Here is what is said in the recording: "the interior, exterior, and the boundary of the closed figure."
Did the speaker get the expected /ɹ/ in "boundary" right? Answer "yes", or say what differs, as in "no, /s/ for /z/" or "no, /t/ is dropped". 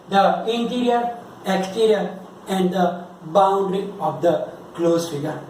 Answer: yes